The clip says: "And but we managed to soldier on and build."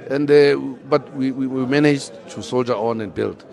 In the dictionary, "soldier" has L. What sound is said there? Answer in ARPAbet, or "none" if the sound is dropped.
L